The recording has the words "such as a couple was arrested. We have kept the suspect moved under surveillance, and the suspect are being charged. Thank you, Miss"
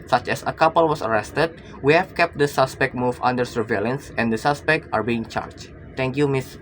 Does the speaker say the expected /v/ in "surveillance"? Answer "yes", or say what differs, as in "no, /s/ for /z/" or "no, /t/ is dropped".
yes